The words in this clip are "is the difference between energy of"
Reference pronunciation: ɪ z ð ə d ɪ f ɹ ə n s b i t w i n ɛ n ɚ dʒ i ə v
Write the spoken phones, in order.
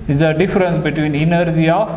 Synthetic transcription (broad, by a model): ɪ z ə d ɪ f ɹ ə n s b i t w i n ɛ n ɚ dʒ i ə